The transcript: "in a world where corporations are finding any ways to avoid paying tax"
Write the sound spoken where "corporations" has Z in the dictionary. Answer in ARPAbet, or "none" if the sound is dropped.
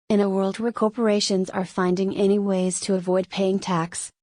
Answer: Z